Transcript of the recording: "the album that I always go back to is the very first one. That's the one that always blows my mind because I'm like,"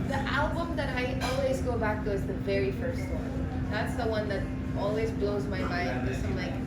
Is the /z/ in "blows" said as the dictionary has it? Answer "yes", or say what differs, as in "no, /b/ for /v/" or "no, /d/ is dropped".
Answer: yes